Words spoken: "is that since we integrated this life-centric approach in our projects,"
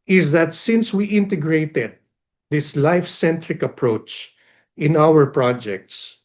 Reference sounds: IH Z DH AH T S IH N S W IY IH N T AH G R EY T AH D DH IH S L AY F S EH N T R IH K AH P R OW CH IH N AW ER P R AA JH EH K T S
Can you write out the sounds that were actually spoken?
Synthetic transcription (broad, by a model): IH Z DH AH T S IH N S W IY IH N T AH G R EY T AH D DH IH S L AY F S EH N T R IH K AH P R OW CH IH N AW ER P R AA JH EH K T S